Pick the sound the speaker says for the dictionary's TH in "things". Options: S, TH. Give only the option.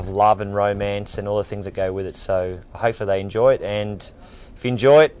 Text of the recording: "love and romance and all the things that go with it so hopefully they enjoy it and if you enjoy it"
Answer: TH